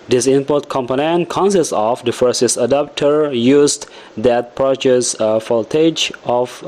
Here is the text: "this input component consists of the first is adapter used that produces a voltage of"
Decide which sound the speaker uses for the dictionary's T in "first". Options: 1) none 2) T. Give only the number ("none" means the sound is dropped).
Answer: 1